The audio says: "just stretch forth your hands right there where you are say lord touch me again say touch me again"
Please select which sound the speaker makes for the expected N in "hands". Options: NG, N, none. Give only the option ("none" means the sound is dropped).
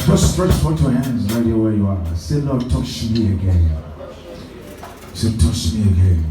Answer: N